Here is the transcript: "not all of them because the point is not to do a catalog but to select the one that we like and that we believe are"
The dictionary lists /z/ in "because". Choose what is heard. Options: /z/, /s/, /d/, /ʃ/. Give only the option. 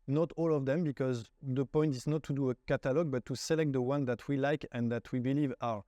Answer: /z/